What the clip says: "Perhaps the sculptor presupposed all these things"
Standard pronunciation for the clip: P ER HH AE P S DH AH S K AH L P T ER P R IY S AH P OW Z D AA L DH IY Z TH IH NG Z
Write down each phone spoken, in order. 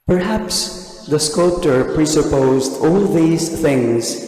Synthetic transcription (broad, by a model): P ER HH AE P S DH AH S K AH L P T ER P R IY S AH P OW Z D AA L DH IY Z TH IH NG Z